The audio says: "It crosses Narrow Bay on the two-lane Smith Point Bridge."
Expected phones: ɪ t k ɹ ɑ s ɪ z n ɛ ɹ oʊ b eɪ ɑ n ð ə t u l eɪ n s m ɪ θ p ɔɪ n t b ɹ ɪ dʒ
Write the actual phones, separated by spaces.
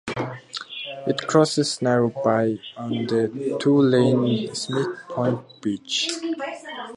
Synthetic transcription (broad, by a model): ɪ t k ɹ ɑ s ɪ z n ɛ ɹ oʊ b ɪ ɑ n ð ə t u l eɪ n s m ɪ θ p ɔɪ n t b ɪ tʃ